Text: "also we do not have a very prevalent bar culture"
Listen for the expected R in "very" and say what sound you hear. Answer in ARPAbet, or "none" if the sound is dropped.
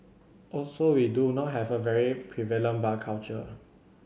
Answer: R